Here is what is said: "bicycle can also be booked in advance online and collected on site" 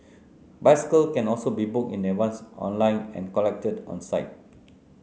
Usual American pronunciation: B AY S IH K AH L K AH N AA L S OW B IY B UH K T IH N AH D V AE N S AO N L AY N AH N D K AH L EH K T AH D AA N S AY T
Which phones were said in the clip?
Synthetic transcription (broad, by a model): B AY S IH K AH L K AH N AA L S OW B IY B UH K IH N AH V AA N S AO N L AY N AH N K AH L EH K T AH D AA N S AY T